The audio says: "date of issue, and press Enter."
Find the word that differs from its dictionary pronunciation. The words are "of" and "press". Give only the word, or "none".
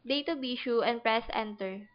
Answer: of